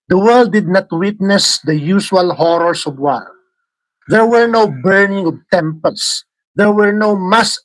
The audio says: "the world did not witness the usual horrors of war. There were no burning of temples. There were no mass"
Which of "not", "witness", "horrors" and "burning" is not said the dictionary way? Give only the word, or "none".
horrors